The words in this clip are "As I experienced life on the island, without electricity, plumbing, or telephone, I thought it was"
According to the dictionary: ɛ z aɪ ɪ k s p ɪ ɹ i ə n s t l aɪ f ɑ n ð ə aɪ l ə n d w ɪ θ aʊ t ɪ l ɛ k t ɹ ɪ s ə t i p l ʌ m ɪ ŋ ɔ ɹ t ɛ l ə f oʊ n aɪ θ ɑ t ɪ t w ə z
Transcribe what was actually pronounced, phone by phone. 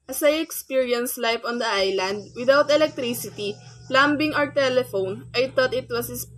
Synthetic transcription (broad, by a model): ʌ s aɪ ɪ k s p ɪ ɹ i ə n s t l aɪ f ɑ n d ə aɪ l ə n d w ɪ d aʊ t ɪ l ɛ k t ɹ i s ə t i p l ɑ m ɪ ŋ ɔ ɹ t ɛ l ə f oʊ n aɪ t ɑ t ɪ t w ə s